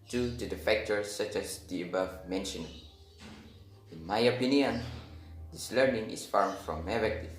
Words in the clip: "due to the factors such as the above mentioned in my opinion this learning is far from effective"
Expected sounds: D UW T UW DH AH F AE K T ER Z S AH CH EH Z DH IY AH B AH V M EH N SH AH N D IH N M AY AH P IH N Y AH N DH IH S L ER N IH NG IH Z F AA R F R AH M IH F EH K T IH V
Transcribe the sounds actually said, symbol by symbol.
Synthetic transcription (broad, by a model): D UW T UW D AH F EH K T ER S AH CH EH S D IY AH B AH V M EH N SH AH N IH N M AY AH P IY N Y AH N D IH S L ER N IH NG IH S F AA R F R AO M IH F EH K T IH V